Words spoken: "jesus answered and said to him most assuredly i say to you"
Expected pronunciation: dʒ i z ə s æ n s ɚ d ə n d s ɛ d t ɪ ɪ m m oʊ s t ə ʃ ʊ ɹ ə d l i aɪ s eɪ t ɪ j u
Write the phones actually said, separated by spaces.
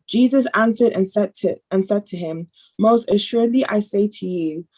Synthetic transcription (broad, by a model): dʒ i z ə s æ n s ɚ d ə n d s ɛ d t ɪ ɪ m m oʊ s t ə ʃ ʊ ɹ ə d l i aɪ s eɪ t ɪ j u